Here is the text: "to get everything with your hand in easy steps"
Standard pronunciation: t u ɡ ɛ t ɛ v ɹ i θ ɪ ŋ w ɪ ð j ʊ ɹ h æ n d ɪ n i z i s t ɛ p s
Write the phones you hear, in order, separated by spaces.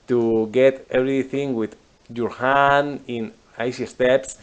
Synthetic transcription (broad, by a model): t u ɡ ɛ t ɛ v ɹ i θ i ŋ w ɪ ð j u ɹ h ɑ n ɪ n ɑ s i s t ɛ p s